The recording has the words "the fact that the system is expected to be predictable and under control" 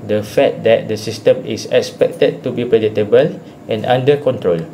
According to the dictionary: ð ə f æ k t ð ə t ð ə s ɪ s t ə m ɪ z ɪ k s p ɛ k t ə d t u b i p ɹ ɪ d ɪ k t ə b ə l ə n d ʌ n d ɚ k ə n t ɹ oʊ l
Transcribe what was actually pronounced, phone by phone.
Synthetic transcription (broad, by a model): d ə f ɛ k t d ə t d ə s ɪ s t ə m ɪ s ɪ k s p ɛ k t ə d t u b i p ɹ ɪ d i t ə b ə l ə n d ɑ n d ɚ k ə n t ɹ oʊ l